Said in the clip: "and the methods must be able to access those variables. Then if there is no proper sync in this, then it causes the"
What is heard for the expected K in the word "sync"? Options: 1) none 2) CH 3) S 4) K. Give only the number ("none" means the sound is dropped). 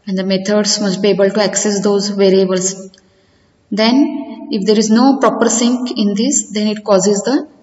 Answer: 4